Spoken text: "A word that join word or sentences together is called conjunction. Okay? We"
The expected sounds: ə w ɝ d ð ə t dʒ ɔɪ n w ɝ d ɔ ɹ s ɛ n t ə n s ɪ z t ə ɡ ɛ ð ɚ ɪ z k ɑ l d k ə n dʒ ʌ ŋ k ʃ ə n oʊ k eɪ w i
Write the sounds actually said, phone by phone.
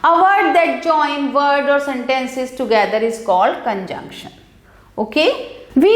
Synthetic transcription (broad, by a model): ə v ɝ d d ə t dʒ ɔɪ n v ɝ d ɔ ɹ s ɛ n t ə n s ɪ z t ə ɡ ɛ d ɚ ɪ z k ɑ l d k ə n dʒ ʌ ŋ k ʃ ə n oʊ k eɪ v i